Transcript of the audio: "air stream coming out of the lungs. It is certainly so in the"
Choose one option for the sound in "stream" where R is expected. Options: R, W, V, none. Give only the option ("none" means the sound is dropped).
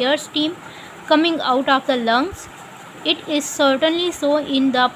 none